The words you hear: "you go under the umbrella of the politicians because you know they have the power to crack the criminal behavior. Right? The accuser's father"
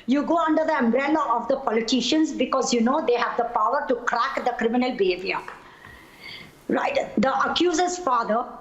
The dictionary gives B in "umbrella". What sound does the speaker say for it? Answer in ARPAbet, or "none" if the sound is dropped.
B